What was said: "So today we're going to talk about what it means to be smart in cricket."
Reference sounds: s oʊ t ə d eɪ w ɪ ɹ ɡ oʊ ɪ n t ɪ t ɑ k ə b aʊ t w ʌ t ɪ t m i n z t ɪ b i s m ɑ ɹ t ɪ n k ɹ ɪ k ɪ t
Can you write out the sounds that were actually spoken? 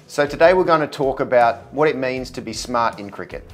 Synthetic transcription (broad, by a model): s oʊ t ə d eɪ w ɪ ɹ ɡ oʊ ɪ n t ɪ t ɑ k ə b aʊ t w ʌ t ɪ t m i n z t ɪ b i s m ɑ ɹ t ɪ n k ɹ ɪ k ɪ t